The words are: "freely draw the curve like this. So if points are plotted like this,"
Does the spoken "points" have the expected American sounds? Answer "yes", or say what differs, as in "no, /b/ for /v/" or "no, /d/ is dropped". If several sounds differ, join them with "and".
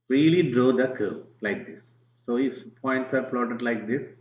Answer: yes